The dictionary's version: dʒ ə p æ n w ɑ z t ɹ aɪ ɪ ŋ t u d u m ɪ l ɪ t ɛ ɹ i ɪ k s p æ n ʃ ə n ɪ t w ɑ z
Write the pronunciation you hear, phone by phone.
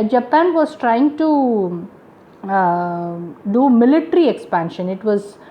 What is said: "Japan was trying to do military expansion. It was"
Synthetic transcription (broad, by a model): dʒ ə p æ n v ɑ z t ɹ aɪ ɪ ŋ t u d u m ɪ l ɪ t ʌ ɹ i ɪ k s p æ n ʃ ə n ɪ t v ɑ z